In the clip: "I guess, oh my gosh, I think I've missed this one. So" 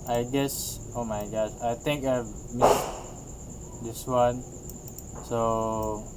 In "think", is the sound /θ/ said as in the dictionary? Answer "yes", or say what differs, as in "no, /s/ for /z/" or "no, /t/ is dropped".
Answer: no, /t/ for /θ/